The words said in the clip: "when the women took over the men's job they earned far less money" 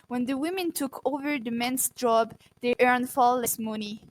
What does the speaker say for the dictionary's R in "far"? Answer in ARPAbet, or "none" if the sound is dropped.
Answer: L